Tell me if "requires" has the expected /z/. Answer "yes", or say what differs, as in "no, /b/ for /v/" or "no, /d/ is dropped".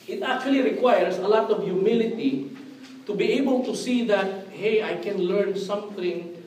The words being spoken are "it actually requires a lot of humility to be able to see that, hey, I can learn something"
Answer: no, /s/ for /z/